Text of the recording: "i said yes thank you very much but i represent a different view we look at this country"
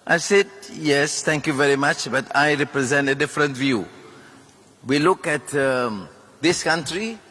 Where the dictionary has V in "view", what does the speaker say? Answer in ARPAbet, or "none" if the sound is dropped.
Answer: V